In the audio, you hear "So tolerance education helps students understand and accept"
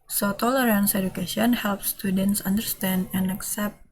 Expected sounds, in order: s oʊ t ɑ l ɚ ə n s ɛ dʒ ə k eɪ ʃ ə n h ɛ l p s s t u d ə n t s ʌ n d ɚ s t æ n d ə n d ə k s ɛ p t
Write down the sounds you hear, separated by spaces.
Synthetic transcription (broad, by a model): s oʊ t ɑ l ɚ ə n s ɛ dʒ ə k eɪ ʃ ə n h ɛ l p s s t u d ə n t s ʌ n d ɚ s t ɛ n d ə n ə k s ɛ p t